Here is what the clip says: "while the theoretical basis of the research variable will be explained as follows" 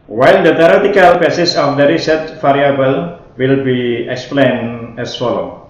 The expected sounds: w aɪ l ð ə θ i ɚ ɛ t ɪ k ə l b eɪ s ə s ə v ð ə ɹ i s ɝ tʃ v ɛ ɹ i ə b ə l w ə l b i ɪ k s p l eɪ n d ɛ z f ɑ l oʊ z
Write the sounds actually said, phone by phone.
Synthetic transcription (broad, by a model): w aɪ l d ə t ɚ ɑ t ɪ k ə l b eɪ s ə s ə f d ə ɹ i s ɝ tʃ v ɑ ɹ i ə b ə l w ə l b i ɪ k s p l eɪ n ɛ s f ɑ l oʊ